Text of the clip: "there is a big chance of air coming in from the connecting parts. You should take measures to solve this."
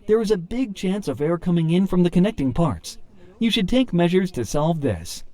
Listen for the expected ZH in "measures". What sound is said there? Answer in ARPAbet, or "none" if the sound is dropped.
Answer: ZH